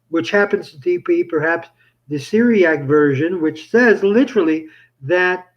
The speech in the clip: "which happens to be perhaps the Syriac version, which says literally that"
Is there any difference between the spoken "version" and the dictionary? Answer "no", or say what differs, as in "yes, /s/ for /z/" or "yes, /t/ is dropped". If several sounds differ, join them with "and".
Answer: no